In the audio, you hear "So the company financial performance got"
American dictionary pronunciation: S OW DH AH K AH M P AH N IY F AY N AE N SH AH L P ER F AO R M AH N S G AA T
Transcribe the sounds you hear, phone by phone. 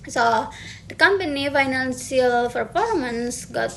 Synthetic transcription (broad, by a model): S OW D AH K AH M P AH N IY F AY N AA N S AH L F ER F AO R M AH N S G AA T